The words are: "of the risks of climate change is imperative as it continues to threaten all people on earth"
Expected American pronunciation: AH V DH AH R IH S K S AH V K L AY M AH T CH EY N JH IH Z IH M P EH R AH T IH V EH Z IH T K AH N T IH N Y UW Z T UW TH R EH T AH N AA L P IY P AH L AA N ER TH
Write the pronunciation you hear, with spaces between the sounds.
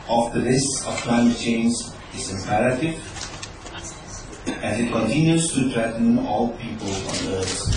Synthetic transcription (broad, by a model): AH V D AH L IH S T S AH F K L AY M AH T CH EY N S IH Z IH M P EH R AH T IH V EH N IH T K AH N T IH N Y UW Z T UW T R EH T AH N AA L P IY P AH L AA N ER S